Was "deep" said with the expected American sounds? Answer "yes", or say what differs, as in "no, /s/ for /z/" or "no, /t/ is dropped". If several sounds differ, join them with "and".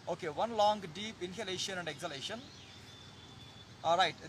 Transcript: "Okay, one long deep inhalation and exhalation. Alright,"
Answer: yes